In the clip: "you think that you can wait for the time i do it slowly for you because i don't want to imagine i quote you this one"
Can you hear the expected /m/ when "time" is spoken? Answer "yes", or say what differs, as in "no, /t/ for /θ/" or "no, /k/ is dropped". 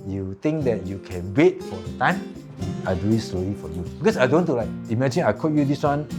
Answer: yes